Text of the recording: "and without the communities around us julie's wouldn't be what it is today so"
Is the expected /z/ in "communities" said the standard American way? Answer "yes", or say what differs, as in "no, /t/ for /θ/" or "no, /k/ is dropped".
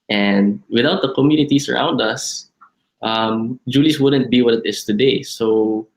no, /s/ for /z/